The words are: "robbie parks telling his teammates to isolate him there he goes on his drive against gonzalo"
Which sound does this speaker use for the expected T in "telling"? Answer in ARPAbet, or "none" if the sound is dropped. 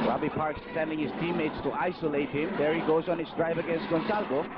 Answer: S